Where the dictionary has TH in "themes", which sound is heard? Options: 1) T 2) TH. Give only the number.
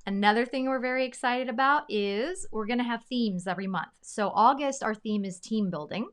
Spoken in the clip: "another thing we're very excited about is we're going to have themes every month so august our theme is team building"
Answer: 2